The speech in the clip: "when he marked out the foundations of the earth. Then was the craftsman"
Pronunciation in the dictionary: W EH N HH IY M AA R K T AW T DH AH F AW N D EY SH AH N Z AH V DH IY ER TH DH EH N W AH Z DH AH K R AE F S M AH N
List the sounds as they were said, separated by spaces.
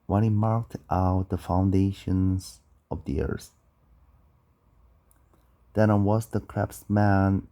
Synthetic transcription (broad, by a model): W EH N HH IY M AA R K T AW T DH AH F AW N D EY SH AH N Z AH V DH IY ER S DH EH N W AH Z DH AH K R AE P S M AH N